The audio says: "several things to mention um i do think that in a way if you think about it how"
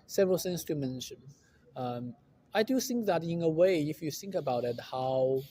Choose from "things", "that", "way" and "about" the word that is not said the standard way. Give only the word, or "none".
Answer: things